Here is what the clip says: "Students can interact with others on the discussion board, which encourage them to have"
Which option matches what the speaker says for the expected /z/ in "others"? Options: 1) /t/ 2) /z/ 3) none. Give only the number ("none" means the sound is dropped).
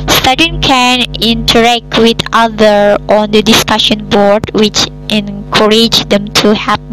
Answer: 3